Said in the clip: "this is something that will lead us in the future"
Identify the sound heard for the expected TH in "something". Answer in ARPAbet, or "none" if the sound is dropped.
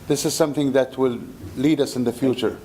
TH